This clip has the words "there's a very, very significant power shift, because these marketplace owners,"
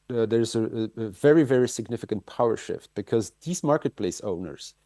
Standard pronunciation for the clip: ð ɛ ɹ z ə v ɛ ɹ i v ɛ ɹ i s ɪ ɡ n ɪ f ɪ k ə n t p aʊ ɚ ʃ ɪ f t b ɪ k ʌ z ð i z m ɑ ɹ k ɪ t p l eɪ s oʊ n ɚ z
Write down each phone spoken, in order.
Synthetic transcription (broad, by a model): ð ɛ ɹ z ə v ɛ ɹ i v ɛ ɹ i s ɪ ɡ n ɪ f ɪ k ə n t p aʊ ɚ ʃ ɪ f t b ɪ k ʌ z ð i z m ɑ ɹ k ɪ t p l eɪ s oʊ n ɚ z